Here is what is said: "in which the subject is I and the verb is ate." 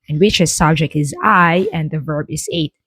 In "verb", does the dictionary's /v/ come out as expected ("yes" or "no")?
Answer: yes